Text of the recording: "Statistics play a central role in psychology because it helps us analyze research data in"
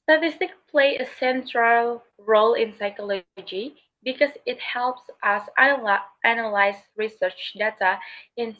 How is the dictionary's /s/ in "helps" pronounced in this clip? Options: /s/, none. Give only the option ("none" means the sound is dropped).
/s/